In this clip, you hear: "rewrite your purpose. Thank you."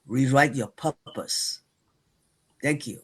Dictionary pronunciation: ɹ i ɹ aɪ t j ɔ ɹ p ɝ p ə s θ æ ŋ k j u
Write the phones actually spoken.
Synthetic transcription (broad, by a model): ɹ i ɹ aɪ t j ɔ p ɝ p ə s t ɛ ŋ k j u